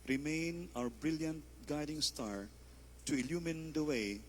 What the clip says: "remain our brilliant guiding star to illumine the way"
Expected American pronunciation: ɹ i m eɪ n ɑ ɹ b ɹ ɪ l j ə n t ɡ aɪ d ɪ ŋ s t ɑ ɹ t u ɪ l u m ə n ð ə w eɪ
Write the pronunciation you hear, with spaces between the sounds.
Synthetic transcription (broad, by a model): ɹ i m eɪ n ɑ w b ɹ ɪ l j ə n t ɡ aɪ d ɪ ŋ s t ɑ ɹ t u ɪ l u m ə n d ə w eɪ